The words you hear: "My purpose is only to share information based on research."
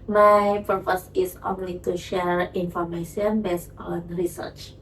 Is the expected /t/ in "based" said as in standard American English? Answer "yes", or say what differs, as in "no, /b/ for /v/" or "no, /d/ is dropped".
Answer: no, /t/ is dropped